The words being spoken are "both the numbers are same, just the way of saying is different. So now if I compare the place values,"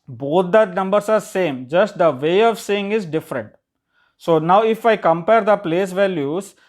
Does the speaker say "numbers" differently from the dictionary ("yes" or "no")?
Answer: yes